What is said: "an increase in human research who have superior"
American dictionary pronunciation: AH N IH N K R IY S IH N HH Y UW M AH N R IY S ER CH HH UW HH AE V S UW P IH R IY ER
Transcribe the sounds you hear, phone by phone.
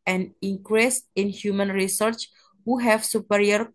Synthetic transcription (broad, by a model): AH N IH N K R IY S IH N HH Y UW M AH N R IY S ER CH HH UW HH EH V S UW P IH R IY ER